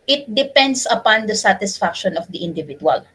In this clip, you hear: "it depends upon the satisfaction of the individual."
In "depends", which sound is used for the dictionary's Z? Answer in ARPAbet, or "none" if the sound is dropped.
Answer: S